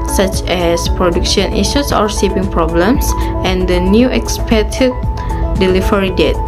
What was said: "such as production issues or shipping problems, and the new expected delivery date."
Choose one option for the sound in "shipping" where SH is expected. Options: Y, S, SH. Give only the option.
S